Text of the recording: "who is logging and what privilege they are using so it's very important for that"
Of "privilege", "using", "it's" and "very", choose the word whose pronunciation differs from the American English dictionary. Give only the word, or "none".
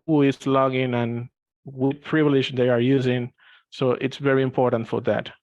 none